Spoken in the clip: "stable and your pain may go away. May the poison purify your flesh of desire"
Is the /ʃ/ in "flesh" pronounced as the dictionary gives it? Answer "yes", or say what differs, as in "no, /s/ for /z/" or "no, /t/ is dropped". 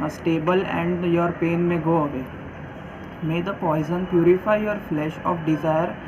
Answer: yes